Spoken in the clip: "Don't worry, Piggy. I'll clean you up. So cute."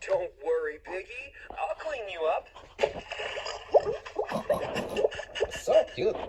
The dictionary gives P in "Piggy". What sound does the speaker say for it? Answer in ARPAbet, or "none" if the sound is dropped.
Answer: B